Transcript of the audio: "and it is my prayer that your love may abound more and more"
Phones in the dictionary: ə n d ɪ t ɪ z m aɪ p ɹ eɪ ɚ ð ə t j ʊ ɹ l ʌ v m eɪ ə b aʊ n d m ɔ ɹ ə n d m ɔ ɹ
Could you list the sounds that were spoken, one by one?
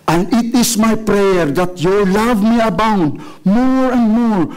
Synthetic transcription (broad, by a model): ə n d ɪ t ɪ s m aɪ p ɹ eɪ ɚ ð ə t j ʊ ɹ l ʌ v m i ə b aʊ n d m ɔ ɹ ə n d m ɔ ɹ